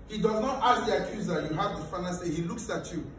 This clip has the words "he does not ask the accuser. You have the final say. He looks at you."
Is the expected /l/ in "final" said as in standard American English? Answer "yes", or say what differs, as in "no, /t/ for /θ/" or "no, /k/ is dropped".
no, /n/ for /l/